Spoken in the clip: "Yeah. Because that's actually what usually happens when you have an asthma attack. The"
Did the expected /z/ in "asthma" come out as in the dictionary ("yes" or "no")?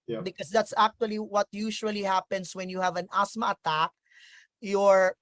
no